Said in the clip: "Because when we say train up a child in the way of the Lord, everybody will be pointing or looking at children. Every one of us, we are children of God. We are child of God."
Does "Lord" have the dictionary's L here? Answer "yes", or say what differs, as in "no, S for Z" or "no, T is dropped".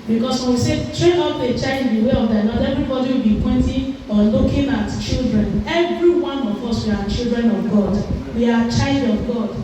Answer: no, N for L